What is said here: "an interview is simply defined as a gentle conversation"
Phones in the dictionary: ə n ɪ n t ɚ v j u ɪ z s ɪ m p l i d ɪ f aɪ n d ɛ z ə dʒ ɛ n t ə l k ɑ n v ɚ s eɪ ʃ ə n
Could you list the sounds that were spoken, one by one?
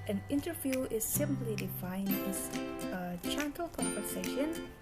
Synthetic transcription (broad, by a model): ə n ɪ n t ɚ v j u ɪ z s ɪ m p l i d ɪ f aɪ n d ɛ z ə tʃ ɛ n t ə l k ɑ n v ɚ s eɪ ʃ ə n